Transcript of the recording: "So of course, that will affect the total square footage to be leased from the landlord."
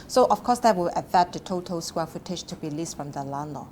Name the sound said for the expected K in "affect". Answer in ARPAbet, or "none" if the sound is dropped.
none